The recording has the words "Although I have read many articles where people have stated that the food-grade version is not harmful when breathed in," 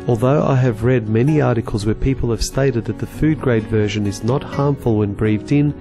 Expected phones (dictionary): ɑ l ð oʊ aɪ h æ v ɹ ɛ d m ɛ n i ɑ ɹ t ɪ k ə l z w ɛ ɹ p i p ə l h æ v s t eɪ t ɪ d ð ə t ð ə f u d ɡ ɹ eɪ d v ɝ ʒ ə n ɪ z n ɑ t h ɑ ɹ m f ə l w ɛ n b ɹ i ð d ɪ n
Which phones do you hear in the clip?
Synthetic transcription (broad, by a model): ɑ l ð oʊ aɪ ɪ v ɹ ɛ d m ɛ n i ɑ ɹ t ɪ k ə l z w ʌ ɹ p i p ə l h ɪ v s t eɪ t ɪ d ð ə t ð ə f u d ɡ ɹ eɪ d v ɝ ʒ ə n ɪ z n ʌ t h ɑ ɹ m f ə l w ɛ n b ɹ i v d ɪ n